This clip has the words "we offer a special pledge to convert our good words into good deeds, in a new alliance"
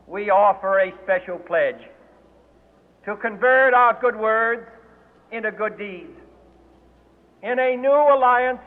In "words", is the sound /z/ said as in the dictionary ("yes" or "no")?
yes